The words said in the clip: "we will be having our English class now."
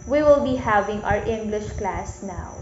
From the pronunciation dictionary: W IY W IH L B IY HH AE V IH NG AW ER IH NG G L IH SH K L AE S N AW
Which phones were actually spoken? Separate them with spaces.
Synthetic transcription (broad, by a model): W IY W IH L B IY HH AE V IH NG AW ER IH NG G L IH SH K L AE S N AW